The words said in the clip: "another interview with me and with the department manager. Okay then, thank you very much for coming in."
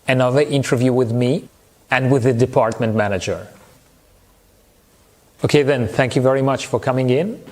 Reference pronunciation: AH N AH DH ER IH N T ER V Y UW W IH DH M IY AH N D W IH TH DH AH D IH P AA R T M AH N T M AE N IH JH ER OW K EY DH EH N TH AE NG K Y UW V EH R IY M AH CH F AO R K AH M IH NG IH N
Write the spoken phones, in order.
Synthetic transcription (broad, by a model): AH N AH DH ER IH N T ER V Y UW W IH DH M IY AH N D W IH DH AH D IH P AA R T M AH N T M AE N IH JH ER OW K EY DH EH N TH AE NG K Y UW V EH R IY M AH CH F AO R K AH M IH NG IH N